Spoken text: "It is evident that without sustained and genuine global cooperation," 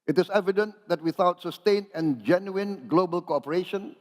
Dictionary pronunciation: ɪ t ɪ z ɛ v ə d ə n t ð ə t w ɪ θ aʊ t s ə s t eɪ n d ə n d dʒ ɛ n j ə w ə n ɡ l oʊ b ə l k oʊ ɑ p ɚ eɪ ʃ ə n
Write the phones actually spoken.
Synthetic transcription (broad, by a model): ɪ t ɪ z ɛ v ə d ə n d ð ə t w ɪ θ aʊ t s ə s t eɪ n ə n dʒ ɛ n j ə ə n ɡ l oʊ b ə l k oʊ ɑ p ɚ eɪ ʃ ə n